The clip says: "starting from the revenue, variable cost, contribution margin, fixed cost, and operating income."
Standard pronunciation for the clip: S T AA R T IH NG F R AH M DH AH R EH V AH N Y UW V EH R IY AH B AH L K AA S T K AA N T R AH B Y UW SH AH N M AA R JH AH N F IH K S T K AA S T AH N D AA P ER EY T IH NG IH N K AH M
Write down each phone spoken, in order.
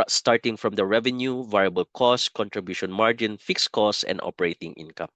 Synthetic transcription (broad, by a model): S T AA R T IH NG F R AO M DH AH R EH V AH N Y UW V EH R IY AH B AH L K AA S K AA N T R AH B Y UW SH AH N M AA R JH AH N F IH K S K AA S AH N D AA P ER EY T IH NG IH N K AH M